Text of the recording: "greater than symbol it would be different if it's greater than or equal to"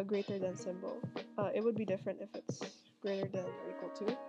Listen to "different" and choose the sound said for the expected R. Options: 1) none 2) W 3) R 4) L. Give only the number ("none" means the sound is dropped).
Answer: 3